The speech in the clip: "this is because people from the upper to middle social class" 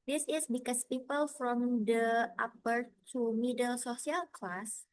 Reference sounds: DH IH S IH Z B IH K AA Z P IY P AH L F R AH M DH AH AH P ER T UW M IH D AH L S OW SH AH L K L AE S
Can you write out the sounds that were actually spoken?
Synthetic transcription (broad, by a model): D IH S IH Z B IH K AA S P IY P AH L F R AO M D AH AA P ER T UW M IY D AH L S OW S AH L K L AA S